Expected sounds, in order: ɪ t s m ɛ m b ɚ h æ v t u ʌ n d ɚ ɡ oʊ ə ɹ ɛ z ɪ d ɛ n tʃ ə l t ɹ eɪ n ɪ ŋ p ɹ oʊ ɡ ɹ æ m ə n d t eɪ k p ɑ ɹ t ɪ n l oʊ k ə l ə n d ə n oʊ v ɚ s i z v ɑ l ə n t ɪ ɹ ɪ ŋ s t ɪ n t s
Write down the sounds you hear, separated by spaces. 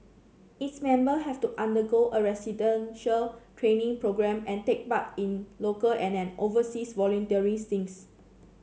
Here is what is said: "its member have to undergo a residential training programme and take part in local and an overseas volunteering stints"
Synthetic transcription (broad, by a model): ɪ t s m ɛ m b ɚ h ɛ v t u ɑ n d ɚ ɡ oʊ ə ɹ ɛ s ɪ d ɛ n ʃ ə l t ɹ eɪ n ɪ ŋ p ɹ oʊ ɡ ɹ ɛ m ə n t eɪ k b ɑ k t ɪ n l oʊ k ə l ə n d ə n oʊ v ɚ s i s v ɑ l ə n t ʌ ɹ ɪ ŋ s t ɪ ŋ s